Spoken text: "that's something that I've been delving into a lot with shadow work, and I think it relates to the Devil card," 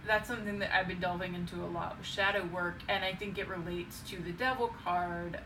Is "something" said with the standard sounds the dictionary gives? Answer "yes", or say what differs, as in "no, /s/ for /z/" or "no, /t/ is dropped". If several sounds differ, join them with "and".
yes